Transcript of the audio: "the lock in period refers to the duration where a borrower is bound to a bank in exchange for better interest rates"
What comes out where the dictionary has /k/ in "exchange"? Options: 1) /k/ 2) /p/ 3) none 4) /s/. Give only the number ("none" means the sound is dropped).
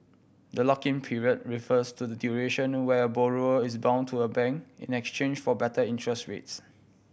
1